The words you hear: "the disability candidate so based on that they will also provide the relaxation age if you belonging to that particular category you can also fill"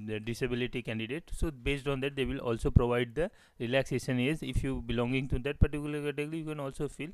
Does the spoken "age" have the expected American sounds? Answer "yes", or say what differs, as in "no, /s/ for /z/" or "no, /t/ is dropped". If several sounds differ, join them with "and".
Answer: no, /z/ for /dʒ/